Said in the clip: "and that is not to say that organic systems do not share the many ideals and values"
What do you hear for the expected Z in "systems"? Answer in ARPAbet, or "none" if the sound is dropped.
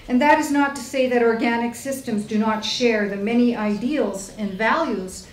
Z